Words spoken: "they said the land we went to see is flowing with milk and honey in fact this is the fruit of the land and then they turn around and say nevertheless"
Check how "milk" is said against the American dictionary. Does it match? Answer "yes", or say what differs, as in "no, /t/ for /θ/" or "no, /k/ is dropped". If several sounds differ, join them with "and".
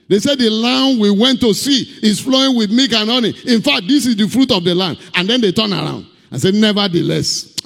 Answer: no, /l/ is dropped